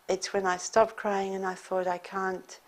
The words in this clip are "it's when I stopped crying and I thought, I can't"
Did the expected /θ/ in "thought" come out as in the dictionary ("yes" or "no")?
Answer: yes